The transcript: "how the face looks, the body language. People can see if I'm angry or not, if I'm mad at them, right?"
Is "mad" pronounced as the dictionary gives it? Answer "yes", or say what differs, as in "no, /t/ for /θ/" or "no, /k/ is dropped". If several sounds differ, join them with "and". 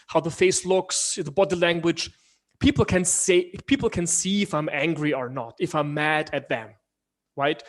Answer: yes